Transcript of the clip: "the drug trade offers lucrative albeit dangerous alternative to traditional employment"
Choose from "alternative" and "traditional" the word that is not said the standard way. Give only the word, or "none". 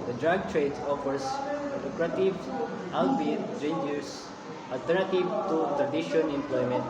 traditional